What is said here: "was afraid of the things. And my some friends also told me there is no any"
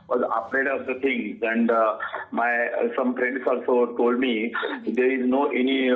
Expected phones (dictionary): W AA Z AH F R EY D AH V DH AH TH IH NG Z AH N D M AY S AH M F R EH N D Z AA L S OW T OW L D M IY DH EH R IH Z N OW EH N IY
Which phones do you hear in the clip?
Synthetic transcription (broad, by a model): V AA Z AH P R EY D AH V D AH T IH NG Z AH N D M AY S AH M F R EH N D S AA L S OW T OW L D M IY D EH R IH Z N OW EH N IY